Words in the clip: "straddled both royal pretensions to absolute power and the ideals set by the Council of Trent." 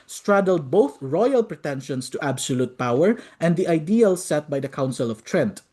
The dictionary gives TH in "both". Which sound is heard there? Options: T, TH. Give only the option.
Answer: TH